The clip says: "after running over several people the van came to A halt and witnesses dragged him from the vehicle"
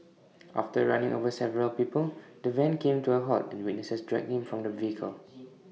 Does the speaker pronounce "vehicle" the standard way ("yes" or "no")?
yes